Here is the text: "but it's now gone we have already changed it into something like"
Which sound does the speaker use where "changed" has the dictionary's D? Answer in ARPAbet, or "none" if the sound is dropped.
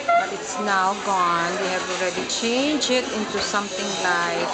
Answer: none